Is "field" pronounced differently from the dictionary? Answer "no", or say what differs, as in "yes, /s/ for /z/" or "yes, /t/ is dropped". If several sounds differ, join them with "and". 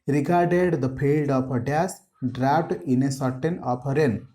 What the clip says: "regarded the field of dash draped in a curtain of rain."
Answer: yes, /p/ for /f/